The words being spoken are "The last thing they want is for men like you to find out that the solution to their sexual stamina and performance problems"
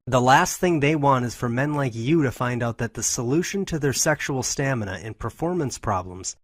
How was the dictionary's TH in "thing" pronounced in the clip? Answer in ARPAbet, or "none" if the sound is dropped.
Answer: TH